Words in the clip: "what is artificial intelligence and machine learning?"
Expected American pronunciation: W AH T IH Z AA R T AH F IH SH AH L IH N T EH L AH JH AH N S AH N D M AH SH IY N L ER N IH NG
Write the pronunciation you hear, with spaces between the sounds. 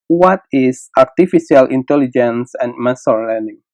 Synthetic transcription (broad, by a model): W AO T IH S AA R T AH F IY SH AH L IH N T EH L AH JH AH N S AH N M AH S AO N L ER N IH NG